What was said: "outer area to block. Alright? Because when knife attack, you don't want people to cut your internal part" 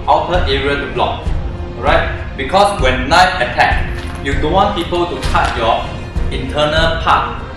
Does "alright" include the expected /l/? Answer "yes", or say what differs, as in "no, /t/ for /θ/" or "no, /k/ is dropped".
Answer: no, /l/ is dropped